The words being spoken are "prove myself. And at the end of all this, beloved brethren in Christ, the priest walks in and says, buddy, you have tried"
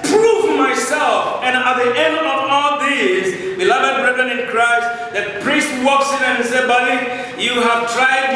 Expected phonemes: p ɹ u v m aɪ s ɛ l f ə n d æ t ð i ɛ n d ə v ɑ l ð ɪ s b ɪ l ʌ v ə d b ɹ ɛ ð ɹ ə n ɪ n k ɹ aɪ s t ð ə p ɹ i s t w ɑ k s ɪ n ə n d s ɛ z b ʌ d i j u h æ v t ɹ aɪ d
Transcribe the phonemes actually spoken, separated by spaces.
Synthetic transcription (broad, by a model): p ɹ u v m aɪ s ɛ l f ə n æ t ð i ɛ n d ə v ɑ l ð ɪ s b ɪ l ʌ v ə d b ɹ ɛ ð ɹ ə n ɪ n k ɹ aɪ s t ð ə p ɹ i s t w ɑ k s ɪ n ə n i s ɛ b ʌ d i j u h æ v t ɹ aɪ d